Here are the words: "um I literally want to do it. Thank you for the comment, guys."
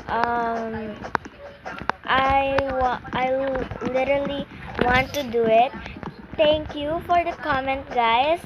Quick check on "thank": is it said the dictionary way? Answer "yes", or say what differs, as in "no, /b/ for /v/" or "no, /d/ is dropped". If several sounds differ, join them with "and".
no, /t/ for /θ/